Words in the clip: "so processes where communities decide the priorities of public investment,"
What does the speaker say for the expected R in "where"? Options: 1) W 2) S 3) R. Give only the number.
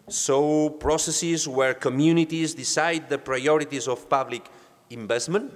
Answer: 3